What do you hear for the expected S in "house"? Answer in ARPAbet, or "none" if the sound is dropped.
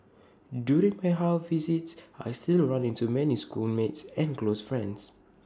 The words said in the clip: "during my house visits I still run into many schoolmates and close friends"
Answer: none